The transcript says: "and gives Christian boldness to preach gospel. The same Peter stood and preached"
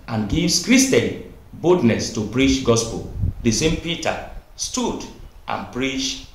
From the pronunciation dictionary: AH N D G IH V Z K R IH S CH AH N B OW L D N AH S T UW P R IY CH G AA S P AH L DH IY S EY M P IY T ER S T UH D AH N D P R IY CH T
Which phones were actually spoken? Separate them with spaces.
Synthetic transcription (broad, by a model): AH N G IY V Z K R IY S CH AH N B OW D N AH S T UW P R IY CH G AA S P AH L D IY S EY M P IY T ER S T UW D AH N P R IY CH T